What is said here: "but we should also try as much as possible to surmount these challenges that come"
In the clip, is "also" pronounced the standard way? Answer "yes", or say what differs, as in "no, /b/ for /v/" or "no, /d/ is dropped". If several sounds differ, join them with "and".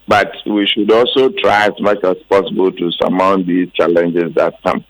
yes